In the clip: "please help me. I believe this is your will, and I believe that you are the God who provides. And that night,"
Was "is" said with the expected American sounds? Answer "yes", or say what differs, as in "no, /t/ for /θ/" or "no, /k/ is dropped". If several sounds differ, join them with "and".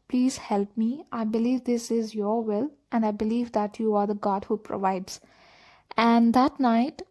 yes